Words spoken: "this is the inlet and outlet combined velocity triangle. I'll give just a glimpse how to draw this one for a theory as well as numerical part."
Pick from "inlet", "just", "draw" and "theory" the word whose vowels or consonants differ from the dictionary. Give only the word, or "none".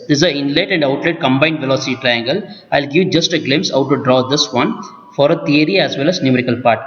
theory